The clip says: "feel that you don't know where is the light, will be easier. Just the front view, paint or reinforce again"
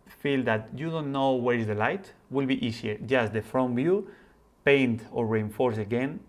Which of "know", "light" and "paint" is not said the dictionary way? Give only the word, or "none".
none